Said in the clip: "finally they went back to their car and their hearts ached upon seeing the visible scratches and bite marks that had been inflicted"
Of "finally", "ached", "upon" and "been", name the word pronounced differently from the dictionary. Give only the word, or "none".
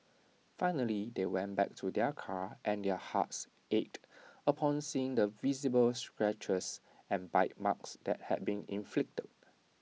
none